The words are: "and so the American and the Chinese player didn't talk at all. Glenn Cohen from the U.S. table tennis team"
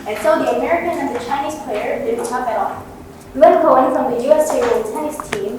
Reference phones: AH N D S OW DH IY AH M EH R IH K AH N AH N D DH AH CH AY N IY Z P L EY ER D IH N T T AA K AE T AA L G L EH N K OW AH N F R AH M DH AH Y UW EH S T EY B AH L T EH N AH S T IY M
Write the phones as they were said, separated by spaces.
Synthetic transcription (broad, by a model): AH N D S OW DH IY AH M EH R IH K AH N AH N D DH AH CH AY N IY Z P L EY ER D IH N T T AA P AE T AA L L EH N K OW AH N F R AH M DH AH Y UW EH S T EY AH N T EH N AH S T IY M